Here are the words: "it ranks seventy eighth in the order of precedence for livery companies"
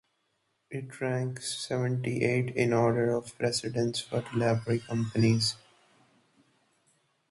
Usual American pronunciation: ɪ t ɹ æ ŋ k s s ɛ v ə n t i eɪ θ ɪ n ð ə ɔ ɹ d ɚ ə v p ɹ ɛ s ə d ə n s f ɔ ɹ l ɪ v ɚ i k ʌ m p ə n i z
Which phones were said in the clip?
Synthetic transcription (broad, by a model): ɪ t ɹ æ ŋ k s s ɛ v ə n t i eɪ t ɪ n ɔ ɹ d ɚ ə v p ɹ ɛ s ə d ə n s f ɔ ɹ l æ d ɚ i k ʌ m p ə n i z